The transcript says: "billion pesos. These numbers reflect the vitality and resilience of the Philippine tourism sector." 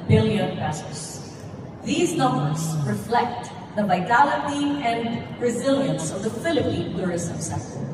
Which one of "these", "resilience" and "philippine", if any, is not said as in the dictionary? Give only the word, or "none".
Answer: none